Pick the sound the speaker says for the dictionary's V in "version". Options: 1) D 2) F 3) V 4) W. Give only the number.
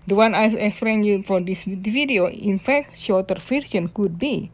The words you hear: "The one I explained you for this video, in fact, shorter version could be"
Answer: 2